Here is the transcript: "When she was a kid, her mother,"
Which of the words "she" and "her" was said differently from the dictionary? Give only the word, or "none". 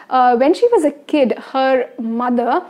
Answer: none